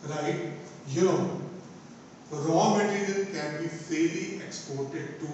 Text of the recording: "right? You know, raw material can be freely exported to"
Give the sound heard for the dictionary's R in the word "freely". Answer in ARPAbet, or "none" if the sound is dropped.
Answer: none